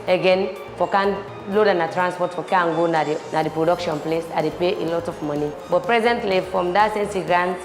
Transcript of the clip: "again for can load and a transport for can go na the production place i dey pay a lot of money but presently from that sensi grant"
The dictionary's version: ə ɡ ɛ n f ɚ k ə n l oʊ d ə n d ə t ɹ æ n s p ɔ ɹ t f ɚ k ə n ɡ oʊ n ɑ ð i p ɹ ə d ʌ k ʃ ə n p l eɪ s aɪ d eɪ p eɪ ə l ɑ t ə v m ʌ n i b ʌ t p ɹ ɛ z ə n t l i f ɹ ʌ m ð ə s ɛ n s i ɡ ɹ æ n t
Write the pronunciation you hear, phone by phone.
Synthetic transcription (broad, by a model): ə ɡ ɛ n f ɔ k ə n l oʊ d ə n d ə t ɹ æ n s p ɔ t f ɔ k ə n ɡ oʊ n ɑ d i p ɹ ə d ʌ k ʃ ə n p l eɪ s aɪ d eɪ p eɪ ə l ɑ t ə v m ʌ n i b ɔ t p ɹ ɛ z ə n t l i f ɹ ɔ m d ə s ɛ n s i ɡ ɹ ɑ n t